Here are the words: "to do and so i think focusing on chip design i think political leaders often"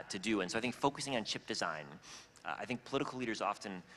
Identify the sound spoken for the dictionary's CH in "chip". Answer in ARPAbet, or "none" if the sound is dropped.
CH